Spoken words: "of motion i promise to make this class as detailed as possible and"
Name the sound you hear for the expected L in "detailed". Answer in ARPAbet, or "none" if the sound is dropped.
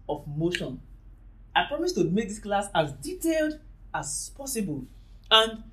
L